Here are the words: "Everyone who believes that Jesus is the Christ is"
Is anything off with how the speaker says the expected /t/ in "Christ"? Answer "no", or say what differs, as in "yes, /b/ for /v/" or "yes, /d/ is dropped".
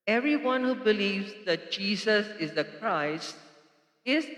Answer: no